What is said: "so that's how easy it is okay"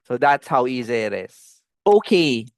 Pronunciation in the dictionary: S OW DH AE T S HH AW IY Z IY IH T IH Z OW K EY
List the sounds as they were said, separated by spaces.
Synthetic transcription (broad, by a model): S OW DH AE T S HH AW IY Z IY IH T IH Z OW K EY